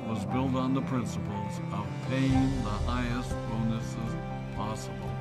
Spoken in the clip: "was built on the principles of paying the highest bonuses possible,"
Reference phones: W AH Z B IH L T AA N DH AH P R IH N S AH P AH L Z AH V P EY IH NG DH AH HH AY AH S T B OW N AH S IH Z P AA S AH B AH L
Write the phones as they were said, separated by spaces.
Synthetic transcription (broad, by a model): W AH Z B IH L T N DH AH P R IH N S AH P L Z AH V P EY IH NG DH AH HH AY AH S T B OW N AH S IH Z P AA S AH B L